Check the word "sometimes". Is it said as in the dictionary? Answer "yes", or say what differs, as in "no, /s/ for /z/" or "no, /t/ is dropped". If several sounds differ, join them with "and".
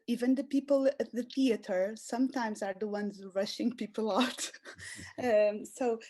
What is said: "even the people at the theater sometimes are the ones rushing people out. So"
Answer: yes